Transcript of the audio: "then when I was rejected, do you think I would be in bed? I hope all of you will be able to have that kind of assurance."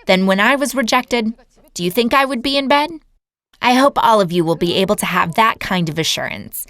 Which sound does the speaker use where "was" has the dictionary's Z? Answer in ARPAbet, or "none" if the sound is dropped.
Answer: Z